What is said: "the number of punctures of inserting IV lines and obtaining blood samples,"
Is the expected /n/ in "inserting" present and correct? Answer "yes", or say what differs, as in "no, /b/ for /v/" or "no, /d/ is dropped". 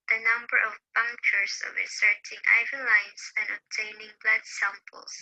no, /n/ is dropped